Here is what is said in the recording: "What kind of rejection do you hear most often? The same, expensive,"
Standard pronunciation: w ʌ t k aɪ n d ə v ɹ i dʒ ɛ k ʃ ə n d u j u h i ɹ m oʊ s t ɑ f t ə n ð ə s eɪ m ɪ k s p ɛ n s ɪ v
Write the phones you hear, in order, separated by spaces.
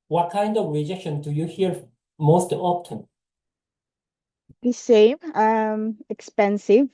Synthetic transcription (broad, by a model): w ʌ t k aɪ n d ə v ɹ i dʒ ɛ k ʃ ə n d u j u h i ɹ m oʊ s t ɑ p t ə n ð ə s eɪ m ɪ k s p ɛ n s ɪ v